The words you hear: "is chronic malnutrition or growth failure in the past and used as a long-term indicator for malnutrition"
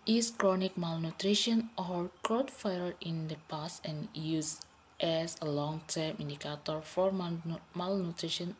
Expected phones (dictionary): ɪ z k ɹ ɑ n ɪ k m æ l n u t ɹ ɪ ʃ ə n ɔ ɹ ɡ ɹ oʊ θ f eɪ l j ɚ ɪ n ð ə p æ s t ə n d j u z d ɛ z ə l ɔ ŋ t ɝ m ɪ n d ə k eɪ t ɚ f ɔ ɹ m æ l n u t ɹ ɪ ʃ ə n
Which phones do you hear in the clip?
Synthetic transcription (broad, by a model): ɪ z k ɹ ɑ n ɪ k m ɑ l n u t ɹ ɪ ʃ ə n ɔ ɹ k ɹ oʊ t f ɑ j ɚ ɪ n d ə p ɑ s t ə n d j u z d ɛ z ə l ɔ ŋ t ɝ m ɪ n d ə k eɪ t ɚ f ɔ ɹ m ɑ l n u t ɹ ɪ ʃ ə n